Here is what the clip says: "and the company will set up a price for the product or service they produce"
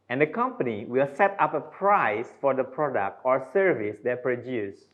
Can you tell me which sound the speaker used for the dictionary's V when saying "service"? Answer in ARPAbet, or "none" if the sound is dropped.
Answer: V